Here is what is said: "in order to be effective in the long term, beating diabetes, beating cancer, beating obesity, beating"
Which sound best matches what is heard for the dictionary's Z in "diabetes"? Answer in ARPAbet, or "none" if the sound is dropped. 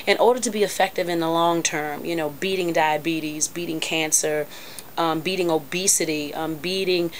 Z